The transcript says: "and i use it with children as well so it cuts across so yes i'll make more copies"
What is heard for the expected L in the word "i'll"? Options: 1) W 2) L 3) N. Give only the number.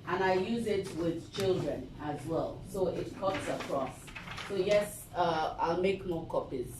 2